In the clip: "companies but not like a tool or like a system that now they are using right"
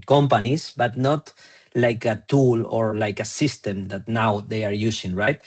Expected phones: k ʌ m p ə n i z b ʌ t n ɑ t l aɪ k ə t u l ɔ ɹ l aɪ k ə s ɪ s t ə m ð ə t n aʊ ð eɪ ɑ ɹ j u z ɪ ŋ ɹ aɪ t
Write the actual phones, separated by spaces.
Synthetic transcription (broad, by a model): k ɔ m p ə n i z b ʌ t n ɑ t l aɪ k ə t u l ɔ ɹ l aɪ k ə s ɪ s t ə m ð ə t n aʊ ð eɪ ɑ ɹ j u s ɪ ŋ ɹ aɪ t